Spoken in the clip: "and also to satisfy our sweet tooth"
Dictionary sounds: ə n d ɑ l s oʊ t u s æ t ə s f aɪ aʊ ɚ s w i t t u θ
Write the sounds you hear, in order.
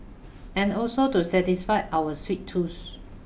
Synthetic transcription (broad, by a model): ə n ɑ l s oʊ t u s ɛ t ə s f aɪ aʊ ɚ s w i t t u s